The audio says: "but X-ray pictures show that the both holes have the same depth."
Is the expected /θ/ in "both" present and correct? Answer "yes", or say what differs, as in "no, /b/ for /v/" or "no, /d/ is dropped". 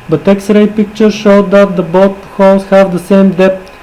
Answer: no, /t/ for /θ/